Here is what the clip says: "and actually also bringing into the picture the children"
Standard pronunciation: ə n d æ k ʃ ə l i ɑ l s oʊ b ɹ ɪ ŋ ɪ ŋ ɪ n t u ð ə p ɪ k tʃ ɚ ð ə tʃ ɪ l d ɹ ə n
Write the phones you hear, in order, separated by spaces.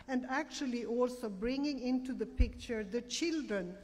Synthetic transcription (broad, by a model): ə n d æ k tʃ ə l i ɑ l s oʊ b ɹ ɪ ŋ ɪ ŋ ɪ n t u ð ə p ɪ k tʃ ɚ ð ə tʃ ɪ l d ɹ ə n